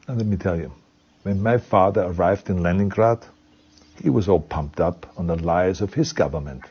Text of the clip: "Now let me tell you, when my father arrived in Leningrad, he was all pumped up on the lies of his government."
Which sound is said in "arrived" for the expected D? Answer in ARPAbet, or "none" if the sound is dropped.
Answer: D